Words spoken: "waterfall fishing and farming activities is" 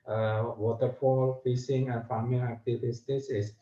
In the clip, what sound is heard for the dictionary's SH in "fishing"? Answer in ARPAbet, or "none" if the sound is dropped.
S